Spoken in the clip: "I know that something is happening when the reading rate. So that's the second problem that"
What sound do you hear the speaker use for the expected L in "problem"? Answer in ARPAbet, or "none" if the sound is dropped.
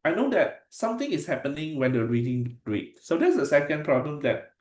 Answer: L